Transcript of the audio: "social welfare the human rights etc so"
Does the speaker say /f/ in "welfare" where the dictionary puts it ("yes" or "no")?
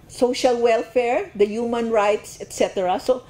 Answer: yes